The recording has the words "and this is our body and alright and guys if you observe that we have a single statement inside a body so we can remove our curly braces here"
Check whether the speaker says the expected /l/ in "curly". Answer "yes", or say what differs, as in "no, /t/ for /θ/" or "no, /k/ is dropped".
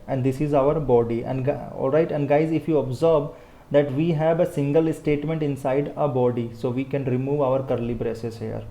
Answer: yes